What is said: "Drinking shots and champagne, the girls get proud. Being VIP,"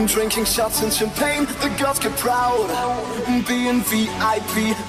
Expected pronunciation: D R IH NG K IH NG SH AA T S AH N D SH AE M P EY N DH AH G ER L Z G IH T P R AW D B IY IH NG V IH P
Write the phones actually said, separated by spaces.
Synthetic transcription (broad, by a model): D R IH NG K IH NG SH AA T S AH N SH AE M P EY N DH AH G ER Z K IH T P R AW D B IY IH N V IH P